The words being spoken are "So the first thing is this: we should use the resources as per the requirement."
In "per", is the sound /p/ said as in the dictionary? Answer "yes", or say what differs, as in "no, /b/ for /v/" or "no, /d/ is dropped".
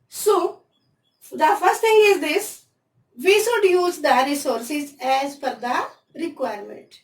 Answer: no, /f/ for /p/